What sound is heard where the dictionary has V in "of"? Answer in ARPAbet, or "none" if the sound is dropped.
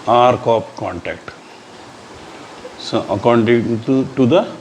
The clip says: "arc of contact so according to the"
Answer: P